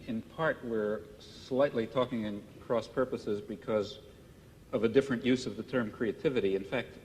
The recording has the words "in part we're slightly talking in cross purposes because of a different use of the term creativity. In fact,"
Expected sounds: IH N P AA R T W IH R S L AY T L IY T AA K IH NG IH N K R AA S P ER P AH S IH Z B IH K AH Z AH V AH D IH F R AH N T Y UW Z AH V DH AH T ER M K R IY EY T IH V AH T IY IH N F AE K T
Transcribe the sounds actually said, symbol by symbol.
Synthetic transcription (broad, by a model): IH N P AA R T W IH R S L AY T L IY T AA K IH NG IH N K R AA S P ER P AH S IH Z B IH K AH Z AH V AH D IH F R AH N T Y UW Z AH V DH AH T ER M K R IY EY T IH V AH T IY IH N F AE K T